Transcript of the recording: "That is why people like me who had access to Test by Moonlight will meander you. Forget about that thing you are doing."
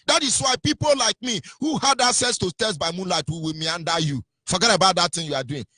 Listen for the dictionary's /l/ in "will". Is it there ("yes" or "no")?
no